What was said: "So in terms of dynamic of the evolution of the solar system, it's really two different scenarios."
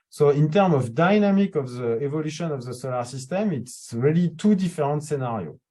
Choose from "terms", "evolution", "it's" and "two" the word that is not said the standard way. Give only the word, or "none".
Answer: terms